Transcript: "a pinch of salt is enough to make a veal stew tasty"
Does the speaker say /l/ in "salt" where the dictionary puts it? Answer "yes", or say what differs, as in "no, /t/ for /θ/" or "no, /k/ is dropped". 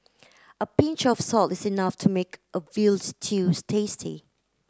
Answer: yes